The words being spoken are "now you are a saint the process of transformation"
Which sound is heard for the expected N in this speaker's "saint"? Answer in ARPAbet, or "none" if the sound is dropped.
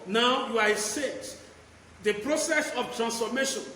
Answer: none